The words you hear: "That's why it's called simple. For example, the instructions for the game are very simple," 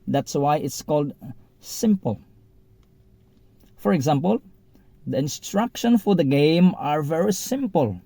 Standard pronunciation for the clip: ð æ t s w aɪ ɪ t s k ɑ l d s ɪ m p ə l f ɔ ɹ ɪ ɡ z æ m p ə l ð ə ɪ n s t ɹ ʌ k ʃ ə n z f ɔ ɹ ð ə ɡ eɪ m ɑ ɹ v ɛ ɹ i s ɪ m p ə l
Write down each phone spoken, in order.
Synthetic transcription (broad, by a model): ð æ t s w aɪ ɪ t s k ɑ l d s ɪ m p ə l f ɔ ɹ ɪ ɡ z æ m p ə l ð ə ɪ n s t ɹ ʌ k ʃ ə n f ɔ ɹ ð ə ɡ eɪ m ɑ ɹ v ɛ ɹ i s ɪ m p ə l